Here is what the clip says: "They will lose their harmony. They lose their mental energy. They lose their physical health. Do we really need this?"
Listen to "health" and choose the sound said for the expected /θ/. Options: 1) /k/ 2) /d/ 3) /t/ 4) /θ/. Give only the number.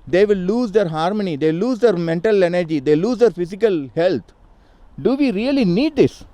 3